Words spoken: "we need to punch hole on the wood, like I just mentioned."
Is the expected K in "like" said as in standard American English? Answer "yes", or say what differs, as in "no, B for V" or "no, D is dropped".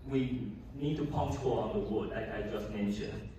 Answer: no, K is dropped